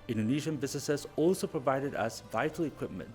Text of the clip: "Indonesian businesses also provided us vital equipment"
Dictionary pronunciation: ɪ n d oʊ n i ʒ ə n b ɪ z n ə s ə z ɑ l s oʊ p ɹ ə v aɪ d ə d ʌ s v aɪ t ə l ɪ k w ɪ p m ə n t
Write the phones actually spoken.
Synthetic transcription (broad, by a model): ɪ n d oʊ n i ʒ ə n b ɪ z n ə s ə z ɑ l s oʊ p ɹ ə v aɪ d ə d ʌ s v aɪ t ə l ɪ k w ɪ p m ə n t